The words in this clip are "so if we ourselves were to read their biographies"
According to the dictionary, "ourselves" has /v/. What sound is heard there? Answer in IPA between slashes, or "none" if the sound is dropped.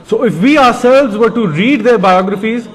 /v/